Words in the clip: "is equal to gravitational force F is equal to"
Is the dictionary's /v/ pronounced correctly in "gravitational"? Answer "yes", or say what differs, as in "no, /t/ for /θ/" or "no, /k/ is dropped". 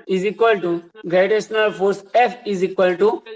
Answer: no, /v/ is dropped